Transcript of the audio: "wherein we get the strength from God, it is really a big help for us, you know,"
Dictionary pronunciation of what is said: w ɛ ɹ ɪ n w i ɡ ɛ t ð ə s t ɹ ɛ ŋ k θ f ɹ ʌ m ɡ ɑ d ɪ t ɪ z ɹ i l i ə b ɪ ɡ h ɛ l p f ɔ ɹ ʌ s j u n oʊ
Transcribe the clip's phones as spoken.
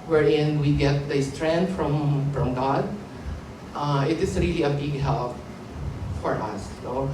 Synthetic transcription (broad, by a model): w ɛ ɹ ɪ n w i ɡ ɛ t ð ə s t ɹ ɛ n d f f ɹ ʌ m ɡ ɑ d ɪ t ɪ s ɹ i l i ə b ɪ ɡ h ɛ l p f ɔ ɹ ʌ s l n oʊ